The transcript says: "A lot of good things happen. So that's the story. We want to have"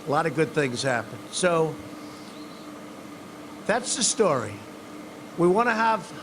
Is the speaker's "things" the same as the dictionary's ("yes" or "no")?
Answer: yes